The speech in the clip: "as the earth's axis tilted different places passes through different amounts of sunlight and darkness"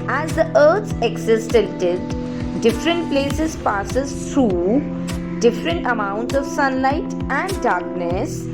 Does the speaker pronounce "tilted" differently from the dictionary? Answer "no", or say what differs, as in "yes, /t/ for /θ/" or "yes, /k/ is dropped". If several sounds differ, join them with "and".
yes, /l/ is dropped